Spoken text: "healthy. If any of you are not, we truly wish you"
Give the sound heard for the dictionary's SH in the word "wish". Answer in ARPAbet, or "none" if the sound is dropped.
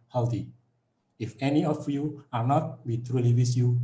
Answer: S